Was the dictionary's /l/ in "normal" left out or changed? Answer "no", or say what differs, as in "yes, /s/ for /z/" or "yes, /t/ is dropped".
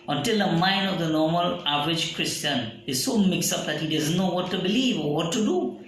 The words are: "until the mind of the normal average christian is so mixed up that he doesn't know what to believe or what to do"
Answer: no